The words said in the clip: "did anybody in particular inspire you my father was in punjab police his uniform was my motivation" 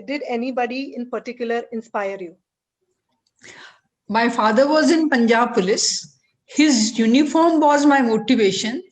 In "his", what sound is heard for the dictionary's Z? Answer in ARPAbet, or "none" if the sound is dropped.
Z